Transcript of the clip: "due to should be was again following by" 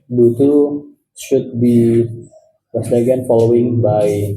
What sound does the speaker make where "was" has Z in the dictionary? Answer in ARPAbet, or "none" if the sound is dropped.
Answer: S